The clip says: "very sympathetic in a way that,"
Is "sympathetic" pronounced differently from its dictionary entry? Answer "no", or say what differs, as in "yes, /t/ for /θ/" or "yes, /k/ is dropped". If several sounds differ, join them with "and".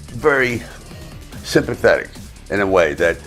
no